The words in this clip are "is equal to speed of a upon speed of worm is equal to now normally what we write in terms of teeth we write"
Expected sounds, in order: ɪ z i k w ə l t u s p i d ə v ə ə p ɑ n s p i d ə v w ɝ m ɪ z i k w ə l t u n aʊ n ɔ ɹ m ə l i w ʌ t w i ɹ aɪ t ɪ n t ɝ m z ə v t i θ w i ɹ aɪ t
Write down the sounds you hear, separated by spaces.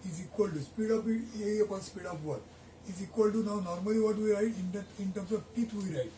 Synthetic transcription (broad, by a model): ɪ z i k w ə l t u s p i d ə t ə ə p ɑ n s p i d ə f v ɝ ɪ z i k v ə l t u n aʊ n ɔ ɹ m ə l i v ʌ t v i ɹ aɪ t ɪ n t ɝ m s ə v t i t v i ɹ aɪ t